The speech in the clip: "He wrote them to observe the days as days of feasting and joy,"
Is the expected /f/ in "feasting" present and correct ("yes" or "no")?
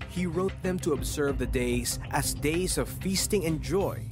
yes